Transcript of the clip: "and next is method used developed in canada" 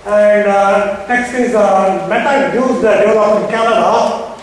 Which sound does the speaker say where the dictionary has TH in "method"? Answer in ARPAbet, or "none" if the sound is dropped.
T